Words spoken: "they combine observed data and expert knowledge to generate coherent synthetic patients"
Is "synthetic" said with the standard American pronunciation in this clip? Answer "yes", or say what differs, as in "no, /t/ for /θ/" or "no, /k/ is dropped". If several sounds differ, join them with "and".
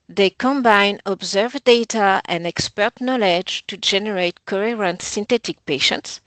no, /t/ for /θ/